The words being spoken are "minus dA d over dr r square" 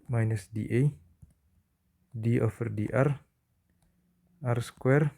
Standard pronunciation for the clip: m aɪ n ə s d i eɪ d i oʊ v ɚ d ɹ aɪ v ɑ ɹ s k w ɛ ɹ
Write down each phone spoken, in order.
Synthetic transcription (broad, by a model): m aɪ n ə s d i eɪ d i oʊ f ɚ d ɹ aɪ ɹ ɑ ɹ s k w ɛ ɹ